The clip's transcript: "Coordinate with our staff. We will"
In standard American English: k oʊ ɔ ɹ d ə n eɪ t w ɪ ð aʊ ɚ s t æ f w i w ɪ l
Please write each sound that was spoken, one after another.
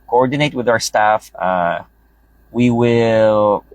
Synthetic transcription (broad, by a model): k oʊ ɔ ɹ d n eɪ t w ɪ ð aʊ ɚ s t æ f w i w ɪ l